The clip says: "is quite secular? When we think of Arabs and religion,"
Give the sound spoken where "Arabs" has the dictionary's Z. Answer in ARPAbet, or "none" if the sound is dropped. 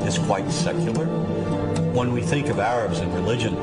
Z